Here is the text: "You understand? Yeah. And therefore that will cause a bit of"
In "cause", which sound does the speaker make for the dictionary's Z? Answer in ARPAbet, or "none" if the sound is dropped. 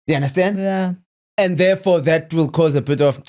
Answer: Z